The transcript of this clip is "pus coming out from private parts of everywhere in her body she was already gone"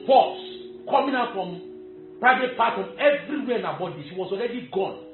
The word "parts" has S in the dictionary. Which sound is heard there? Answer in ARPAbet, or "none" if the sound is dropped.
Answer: none